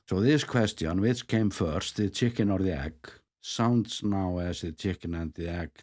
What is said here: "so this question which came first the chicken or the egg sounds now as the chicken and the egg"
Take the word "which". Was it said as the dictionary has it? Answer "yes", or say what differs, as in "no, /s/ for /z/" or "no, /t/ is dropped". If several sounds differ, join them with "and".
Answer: no, /s/ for /tʃ/